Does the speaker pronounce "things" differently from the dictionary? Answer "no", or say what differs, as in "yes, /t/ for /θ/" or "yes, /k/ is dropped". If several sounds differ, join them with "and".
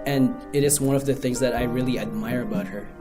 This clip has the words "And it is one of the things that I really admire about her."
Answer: no